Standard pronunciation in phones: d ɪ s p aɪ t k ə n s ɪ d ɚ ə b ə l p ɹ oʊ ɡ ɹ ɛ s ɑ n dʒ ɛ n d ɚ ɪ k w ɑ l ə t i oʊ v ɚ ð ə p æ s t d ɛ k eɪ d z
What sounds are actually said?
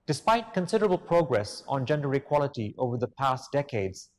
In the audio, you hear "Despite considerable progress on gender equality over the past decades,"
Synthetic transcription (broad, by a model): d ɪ s p aɪ t k ə n s ɪ d ɚ ə b ə l p ɹ oʊ ɡ ɹ ɛ s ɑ n dʒ ɛ n d ɚ ɪ k w ɑ l ə t i oʊ v ɚ ð ə p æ s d ɛ k eɪ d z